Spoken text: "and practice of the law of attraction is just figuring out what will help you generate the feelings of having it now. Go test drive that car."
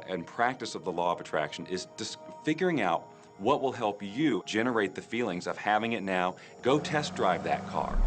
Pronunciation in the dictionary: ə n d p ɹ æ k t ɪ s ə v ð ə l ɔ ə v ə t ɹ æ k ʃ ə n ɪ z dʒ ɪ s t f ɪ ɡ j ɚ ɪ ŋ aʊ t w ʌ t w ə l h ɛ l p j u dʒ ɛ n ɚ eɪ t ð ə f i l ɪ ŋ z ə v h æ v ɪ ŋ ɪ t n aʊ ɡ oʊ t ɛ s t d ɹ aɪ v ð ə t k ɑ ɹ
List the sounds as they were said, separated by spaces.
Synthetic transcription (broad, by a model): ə n p ɹ æ k t ɪ s ə v ð ə l ɔ ə v ə t ɹ æ k ʃ ə n ɪ z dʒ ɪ s f ɪ ɡ j ɚ ɪ ŋ aʊ t w ʌ t w ə l h ɛ l p j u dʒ ɛ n ɚ eɪ t ð ə f i l ɪ ŋ z ə v h æ v ɪ ŋ ɪ t n aʊ ɡ oʊ t ɛ s d ɹ aɪ v ð ə t k ɑ ɹ